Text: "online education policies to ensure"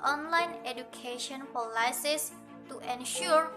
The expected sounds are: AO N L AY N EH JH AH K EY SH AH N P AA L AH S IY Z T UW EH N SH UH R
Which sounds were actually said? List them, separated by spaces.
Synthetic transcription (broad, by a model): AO N L AY N EH JH AH K EY SH AH N F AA L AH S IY S T UW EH N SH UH R